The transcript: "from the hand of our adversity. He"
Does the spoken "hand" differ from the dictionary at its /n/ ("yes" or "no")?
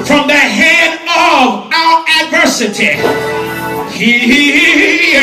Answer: yes